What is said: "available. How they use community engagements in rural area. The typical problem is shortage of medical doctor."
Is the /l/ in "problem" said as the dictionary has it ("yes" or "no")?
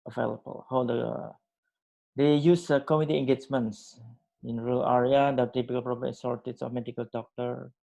no